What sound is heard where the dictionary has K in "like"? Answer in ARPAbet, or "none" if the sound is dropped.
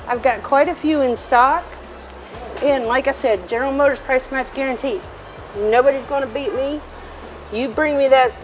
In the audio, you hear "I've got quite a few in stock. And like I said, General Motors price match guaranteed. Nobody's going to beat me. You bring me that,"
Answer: K